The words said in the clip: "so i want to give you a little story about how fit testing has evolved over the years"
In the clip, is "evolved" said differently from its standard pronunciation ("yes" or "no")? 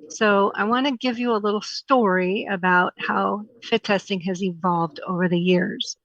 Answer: no